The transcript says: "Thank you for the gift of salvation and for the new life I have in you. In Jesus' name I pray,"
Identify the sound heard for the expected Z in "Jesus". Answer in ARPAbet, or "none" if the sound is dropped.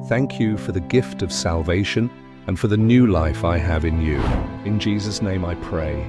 Z